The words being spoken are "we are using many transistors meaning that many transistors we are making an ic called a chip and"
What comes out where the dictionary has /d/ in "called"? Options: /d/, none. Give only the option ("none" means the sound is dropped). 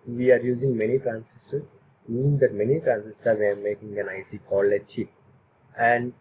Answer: none